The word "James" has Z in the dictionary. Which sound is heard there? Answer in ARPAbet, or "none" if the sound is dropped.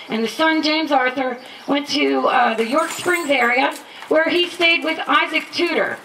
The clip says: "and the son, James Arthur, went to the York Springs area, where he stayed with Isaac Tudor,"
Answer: Z